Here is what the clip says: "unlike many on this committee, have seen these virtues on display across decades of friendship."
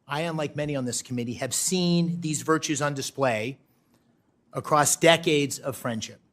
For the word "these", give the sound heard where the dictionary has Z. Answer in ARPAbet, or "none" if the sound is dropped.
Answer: Z